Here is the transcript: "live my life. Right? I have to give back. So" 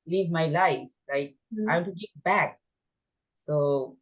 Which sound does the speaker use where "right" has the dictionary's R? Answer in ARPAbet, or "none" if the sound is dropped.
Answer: L